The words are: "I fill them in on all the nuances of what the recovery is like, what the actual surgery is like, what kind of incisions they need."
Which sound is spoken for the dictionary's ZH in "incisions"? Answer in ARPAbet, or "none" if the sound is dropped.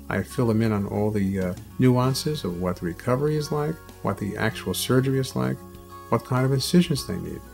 ZH